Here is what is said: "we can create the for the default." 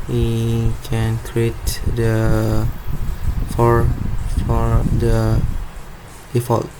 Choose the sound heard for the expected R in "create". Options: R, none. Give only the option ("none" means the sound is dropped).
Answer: R